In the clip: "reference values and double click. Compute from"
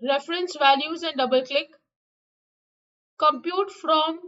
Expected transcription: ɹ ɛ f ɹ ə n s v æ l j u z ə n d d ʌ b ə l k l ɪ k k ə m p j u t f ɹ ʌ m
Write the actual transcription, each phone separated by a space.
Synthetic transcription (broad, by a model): ɹ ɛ f ɹ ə n s v æ l j u z ə n d d ʌ b ə l k l ɪ k k ə m p j u t f ɹ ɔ m